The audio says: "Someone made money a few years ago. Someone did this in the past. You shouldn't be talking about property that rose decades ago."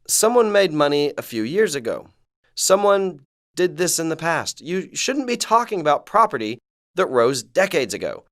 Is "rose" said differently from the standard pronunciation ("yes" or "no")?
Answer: no